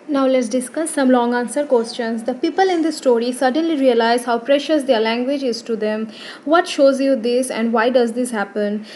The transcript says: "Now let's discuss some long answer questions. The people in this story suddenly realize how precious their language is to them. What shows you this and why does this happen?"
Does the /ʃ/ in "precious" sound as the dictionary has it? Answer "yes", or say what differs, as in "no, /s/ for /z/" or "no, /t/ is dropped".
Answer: yes